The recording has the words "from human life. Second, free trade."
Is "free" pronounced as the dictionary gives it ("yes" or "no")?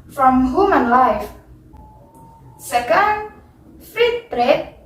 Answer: no